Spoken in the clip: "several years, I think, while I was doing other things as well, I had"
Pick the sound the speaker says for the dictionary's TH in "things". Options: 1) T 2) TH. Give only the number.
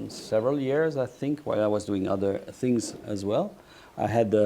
2